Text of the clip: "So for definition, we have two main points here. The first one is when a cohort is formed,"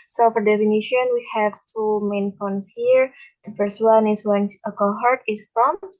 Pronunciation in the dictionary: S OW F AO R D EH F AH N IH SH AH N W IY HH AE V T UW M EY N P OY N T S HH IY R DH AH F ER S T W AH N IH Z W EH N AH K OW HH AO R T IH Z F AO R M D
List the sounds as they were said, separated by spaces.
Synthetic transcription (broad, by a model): S OW F AO R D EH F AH N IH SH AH N W IY HH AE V T UW M EY N F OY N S HH IY R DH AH F ER S T W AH N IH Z W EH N AH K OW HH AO R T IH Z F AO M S